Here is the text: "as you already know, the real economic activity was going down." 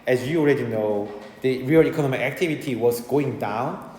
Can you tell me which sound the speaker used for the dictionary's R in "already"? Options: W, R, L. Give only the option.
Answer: R